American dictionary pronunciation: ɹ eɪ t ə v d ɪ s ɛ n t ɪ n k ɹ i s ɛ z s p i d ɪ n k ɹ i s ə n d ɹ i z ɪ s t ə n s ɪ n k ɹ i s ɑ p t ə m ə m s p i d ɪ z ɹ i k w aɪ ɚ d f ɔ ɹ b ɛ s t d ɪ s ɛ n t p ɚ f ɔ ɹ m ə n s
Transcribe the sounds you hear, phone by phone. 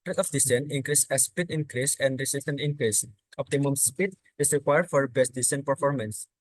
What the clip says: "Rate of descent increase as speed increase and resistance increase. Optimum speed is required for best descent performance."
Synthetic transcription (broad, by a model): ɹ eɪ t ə f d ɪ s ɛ n ɪ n k ɹ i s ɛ s p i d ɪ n k ɹ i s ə n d ɹ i s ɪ s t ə n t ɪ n k ɹ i s ɑ p t ə m ə m s p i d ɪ s ɹ i k w aɪ ɚ d f ɔ ɹ b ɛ s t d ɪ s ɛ n p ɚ f ɔ ɹ m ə n s